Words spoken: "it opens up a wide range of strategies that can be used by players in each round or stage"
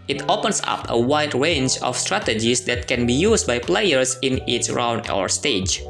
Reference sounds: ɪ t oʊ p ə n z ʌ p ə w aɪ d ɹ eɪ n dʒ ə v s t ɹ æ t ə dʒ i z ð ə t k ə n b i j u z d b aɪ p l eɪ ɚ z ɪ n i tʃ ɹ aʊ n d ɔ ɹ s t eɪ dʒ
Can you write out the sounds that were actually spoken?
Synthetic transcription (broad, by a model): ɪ t oʊ p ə n s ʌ p ə w aɪ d ɹ eɪ n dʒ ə f s t ɹ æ t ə dʒ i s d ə t k ə n b i j u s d b aɪ p l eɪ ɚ s ɪ n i s ɹ aʊ n d ɔ ɹ s t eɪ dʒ